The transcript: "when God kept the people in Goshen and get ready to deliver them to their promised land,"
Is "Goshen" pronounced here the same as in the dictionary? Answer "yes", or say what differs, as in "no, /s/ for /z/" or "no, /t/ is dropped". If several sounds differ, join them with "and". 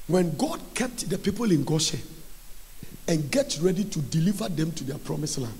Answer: no, /n/ is dropped